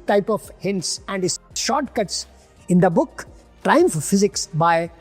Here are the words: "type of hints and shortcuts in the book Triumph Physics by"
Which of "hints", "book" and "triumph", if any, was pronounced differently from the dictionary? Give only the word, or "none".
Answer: none